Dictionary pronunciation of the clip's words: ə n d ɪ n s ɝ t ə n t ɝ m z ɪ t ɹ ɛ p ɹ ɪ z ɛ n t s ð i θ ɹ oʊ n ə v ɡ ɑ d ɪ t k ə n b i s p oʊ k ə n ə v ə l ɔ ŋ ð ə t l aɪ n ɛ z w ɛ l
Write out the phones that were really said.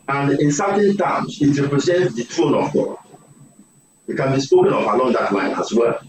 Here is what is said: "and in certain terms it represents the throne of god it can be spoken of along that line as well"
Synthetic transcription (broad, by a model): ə n d ɪ n s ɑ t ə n t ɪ m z ɪ t ɹ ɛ p ɹ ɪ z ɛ n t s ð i t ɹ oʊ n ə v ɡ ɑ ɪ t k ə n b i s p oʊ k ə n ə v ə l ɔ ŋ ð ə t l aɪ n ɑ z w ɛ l